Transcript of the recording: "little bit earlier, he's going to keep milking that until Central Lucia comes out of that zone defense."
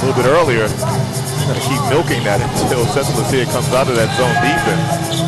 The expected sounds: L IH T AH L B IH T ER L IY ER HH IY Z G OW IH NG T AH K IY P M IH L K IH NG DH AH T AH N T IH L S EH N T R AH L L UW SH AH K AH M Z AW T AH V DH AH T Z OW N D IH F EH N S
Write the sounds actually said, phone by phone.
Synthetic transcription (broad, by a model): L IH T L B IH T ER L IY IY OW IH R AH K IY P M IH L K IH NG DH AH T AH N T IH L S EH T L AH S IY AH K AH M Z AW T AH V DH AH T Z OW N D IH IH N